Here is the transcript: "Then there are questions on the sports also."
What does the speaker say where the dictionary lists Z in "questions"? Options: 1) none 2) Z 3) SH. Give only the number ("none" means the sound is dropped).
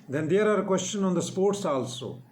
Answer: 1